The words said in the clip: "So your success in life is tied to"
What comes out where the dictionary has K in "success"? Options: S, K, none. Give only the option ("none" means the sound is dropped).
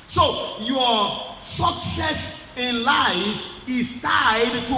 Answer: K